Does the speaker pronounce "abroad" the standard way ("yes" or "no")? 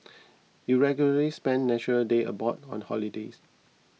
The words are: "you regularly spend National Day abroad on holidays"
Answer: no